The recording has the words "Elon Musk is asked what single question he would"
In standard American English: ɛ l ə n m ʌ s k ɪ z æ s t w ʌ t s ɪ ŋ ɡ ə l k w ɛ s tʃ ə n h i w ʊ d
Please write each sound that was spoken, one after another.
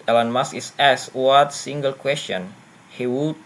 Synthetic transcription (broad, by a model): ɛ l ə n m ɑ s ɪ s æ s w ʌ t s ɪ ŋ ɡ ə l k w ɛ s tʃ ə n h i w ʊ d